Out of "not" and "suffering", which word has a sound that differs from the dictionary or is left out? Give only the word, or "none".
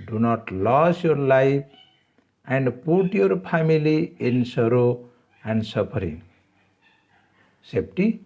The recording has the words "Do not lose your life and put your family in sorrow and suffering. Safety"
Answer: suffering